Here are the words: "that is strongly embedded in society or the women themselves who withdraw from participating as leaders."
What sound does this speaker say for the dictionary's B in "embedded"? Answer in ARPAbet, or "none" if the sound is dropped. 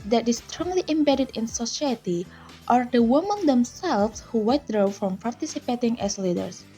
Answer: B